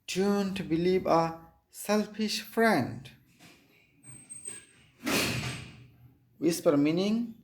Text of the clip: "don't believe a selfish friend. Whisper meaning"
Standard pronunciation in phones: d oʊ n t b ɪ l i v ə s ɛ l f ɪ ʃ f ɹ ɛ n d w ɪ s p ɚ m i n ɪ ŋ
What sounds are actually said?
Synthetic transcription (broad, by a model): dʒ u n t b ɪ l i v ə s ɛ l f ɪ ʃ f ɹ ɛ n d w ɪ s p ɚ m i n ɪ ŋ